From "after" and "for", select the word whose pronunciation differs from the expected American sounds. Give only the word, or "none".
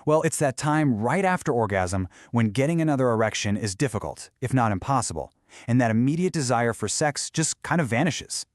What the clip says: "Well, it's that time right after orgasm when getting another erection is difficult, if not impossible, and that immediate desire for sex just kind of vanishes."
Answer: none